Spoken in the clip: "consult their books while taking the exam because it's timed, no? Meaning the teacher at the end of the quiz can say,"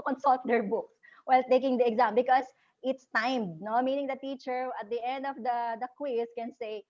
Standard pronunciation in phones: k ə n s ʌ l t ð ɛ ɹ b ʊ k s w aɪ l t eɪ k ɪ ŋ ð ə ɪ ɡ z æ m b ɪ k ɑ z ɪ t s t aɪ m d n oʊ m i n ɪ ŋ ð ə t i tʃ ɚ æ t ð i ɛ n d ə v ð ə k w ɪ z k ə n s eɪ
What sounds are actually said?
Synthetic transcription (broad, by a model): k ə n s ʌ l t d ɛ ɹ b ʊ k s w aɪ l t eɪ k ɪ ŋ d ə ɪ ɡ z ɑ m b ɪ k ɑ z ɪ t s t aɪ m d n oʊ m i n ɪ ŋ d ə t i tʃ ɚ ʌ t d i ɛ n d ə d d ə k w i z k ə n s eɪ